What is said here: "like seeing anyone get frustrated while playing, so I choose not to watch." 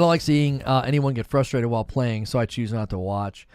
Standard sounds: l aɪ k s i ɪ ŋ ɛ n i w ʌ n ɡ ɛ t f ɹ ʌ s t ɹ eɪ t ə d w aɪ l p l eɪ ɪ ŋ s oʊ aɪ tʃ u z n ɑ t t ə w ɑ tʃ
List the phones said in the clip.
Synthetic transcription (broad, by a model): l aɪ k s i ɪ ŋ ɛ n i w ʌ n ɡ ɛ t f ɹ ʌ s t ɹ eɪ t ə d w aɪ l p l eɪ ɪ ŋ s oʊ aɪ tʃ u z n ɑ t t ə w ɑ tʃ